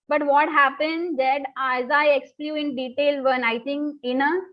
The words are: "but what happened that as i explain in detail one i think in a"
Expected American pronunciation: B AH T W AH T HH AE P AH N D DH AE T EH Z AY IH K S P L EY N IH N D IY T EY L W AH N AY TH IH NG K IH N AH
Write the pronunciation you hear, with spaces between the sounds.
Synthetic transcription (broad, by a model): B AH T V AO T HH AE P AH N D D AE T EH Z AY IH K S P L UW IH N D IY T EY L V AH N AY T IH NG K IH N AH